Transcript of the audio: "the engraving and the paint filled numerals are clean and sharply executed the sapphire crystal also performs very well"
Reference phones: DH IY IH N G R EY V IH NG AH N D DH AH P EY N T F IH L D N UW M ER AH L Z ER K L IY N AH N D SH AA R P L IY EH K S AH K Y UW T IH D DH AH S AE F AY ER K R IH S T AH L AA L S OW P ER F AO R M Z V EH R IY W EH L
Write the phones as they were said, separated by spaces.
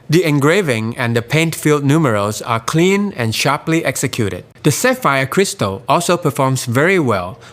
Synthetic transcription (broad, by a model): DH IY IH N G R EY V IH NG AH N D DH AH P EY N T F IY L D N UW M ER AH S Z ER K L IY N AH N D SH AA R P L IY EH K S AH K Y UW T IH D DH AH S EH F AY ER K R IH S T AH L AA L S OW P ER F AO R M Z V EH R IY W EH L